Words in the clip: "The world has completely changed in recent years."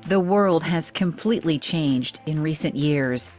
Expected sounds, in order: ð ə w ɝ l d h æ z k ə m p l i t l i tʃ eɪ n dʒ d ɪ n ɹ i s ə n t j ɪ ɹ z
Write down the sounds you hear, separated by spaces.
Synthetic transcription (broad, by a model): ð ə w ɝ l d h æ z k ə m p l i t l i tʃ eɪ n dʒ d ɪ n ɹ i s ə n t j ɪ ɹ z